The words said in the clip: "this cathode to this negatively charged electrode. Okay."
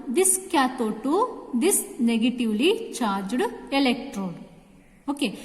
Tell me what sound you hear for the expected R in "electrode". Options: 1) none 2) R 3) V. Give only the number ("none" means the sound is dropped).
2